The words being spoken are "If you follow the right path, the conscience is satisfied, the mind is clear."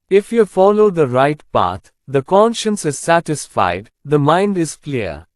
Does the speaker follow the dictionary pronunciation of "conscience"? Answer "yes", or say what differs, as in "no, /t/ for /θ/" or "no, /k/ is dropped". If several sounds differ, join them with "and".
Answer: yes